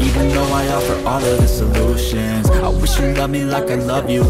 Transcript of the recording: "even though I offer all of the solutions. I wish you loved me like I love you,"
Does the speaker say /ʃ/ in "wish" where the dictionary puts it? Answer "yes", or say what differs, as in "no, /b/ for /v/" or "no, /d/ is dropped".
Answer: yes